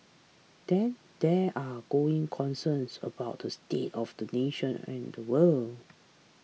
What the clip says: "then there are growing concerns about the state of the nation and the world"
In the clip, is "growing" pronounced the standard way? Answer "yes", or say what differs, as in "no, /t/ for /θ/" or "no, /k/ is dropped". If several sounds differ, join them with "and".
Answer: no, /ɹ/ is dropped